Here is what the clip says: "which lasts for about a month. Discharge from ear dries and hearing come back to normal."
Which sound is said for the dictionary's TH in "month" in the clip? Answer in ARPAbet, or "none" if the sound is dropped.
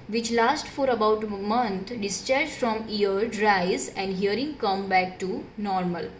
T